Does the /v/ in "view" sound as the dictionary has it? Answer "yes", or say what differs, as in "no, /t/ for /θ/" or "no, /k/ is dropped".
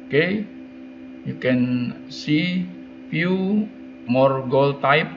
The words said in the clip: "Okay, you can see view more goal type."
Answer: no, /f/ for /v/